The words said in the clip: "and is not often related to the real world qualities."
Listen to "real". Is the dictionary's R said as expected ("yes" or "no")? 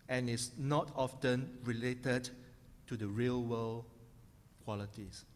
yes